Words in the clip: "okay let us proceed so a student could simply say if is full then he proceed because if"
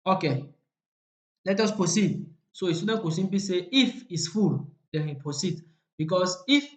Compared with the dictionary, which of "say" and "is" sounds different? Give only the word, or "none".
is